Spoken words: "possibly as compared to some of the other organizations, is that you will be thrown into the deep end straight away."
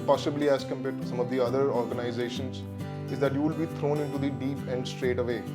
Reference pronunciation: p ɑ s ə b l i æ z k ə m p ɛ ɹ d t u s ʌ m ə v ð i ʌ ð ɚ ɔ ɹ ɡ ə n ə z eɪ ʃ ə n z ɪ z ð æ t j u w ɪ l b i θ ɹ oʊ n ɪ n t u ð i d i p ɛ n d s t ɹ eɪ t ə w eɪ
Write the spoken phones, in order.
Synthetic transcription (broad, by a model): p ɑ s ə b l i æ z k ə m p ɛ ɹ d t u s ʌ m ə v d i ʌ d ɚ ɔ ɹ ɡ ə n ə z eɪ ʃ ə n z ɪ z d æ t j u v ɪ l b i t ɹ oʊ n ɪ n t u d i d i p ɛ n d s t ɹ eɪ t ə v eɪ